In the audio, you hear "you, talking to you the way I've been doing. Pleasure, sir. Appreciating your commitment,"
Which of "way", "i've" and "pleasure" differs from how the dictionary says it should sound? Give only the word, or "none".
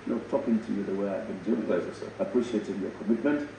pleasure